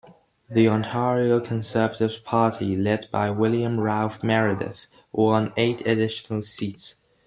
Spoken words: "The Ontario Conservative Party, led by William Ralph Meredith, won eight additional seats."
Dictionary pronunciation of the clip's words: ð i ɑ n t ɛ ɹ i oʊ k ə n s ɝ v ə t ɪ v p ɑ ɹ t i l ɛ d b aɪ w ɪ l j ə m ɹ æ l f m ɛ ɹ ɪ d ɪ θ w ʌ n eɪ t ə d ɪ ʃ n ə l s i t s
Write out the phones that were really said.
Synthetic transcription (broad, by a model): ð i ɑ n t ɛ ɹ i oʊ k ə n s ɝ v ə t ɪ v p ɑ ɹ t i l ɛ d b aɪ w ɪ l j ə m ɹ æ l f m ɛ ɹ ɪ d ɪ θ w ʌ n eɪ t ə d ɪ ʃ n ə l s i t s